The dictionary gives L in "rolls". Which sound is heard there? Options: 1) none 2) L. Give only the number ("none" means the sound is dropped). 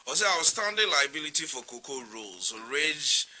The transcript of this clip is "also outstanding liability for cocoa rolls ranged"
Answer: 2